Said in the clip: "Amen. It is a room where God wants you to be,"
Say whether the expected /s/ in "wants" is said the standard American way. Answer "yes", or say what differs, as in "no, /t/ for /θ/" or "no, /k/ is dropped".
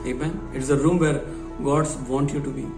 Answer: no, /s/ is dropped